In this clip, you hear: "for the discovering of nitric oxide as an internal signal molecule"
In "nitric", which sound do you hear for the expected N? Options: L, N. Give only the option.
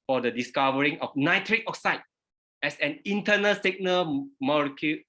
N